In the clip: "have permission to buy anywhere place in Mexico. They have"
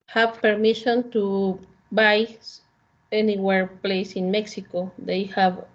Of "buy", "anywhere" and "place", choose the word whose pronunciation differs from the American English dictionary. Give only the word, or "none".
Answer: none